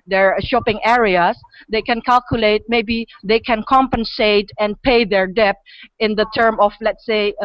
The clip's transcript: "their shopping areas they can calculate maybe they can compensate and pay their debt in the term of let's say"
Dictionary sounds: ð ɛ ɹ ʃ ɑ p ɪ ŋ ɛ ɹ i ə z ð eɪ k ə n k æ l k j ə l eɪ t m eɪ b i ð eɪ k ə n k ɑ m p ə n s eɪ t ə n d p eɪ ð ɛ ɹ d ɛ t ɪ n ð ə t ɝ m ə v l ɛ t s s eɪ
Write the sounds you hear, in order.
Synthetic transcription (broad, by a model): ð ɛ ɹ ʃ ɑ p ɪ ŋ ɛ ɹ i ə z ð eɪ k ə n k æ l k j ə l eɪ t m eɪ b i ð eɪ k ə n k ɑ m p ə n s eɪ t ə n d p eɪ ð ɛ ɹ d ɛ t ɪ n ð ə t ɝ m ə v l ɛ t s s eɪ